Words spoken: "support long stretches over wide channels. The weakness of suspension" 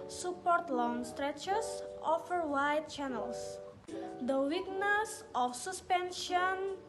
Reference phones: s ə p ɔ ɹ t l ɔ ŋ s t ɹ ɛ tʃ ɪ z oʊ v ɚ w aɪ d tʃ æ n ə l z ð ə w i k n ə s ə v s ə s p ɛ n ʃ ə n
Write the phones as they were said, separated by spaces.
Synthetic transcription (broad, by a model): s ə p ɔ ɹ t l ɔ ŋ s t ɹ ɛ tʃ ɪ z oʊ f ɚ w aɪ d tʃ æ n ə l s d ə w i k n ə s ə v s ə s p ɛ n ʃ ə n